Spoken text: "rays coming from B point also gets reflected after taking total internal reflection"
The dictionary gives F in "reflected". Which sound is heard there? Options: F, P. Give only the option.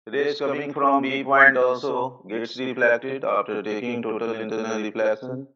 P